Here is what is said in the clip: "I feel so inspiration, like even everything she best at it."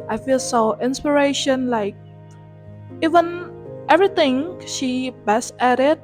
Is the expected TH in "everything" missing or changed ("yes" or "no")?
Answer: yes